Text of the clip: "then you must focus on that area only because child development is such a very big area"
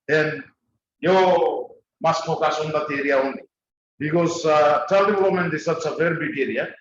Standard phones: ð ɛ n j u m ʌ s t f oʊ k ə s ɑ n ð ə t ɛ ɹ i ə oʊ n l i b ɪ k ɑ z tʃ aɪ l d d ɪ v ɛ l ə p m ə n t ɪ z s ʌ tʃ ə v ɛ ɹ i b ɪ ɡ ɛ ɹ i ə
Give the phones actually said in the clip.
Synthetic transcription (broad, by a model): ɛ n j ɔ m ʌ s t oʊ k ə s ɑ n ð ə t ɛ ɹ i ə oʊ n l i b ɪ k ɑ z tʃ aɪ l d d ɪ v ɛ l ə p m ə n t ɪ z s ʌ s ə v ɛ ɹ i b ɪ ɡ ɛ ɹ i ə